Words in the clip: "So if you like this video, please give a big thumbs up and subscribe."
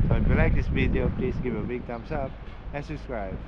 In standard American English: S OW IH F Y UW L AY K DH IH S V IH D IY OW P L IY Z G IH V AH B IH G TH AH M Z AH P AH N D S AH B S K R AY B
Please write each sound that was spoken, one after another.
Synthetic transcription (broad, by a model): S OW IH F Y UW L AY K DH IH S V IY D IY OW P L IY S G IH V AH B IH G T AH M S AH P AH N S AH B S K R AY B